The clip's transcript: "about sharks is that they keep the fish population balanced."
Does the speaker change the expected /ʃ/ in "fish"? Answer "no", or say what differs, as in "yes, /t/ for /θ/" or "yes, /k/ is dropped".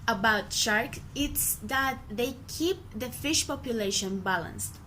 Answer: no